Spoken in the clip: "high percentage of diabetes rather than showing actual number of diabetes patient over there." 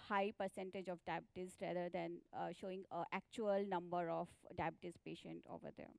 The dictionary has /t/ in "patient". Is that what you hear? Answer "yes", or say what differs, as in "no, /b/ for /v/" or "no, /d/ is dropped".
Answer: yes